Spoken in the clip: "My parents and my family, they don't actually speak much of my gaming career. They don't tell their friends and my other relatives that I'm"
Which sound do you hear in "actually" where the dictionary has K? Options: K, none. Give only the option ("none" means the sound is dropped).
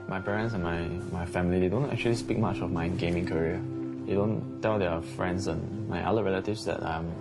K